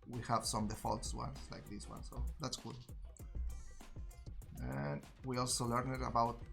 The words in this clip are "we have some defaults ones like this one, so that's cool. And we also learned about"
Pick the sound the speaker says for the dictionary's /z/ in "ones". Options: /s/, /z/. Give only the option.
/s/